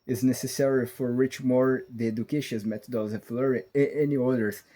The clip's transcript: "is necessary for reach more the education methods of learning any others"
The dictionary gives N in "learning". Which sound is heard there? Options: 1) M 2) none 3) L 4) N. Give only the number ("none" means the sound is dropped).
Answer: 2